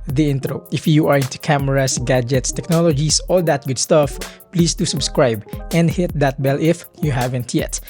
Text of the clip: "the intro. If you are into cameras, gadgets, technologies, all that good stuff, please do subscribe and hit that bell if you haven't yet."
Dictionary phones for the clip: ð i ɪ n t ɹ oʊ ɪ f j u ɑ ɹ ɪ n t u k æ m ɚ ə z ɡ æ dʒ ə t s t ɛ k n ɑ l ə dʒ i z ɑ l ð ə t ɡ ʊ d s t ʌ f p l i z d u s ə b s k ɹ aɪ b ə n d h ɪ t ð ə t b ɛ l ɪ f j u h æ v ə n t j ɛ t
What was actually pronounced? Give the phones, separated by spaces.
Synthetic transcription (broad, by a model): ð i ɪ n t ɹ oʊ ɪ f j u ɑ ɹ ɪ n t u k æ m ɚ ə s ɡ æ dʒ ə t s t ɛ k n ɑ l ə dʒ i s ɑ l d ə t ɡ ʊ d s t ʌ f p l i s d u s ə b s k ɹ aɪ b ə n d h ɪ t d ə t b ɛ l ɪ f j u h æ v ə n t j ɛ t